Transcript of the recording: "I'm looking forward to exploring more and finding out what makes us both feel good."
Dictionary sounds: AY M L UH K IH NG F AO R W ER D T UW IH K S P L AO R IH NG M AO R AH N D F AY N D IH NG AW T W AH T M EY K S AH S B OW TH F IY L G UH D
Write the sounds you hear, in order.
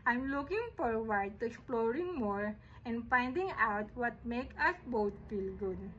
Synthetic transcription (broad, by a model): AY M L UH K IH NG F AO R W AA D T UW IH K S P L AO R IH NG M AO R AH N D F AY N D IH NG AW T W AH T M EY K AH S B OW T F IY L G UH D